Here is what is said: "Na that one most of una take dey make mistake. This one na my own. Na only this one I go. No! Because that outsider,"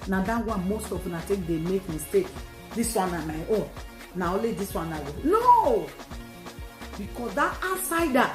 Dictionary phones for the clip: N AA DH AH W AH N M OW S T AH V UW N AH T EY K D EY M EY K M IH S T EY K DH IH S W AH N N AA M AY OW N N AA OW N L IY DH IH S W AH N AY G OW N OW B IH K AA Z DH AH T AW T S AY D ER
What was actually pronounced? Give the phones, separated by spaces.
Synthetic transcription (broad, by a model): N AA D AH W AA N M OW S T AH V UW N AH T EY K D EY M EY K M IH S T EY K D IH S W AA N N AA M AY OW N N AA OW L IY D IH S W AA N AY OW N OW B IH K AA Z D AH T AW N S AY D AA